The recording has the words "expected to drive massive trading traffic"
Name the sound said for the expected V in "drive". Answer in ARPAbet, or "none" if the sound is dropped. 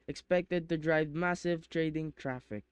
V